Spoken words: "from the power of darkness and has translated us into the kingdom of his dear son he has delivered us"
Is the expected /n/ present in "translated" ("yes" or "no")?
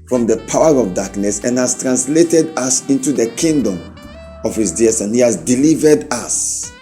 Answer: yes